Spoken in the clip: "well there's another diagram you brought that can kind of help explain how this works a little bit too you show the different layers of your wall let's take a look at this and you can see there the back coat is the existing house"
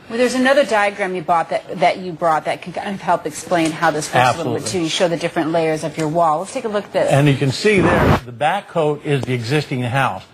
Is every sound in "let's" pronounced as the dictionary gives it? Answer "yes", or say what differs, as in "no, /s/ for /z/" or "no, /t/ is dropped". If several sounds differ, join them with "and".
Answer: no, /w/ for /l/